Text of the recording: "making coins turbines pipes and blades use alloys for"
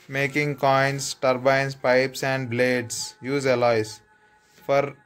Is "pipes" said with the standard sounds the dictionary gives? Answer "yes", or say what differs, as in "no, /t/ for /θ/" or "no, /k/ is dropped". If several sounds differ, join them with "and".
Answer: yes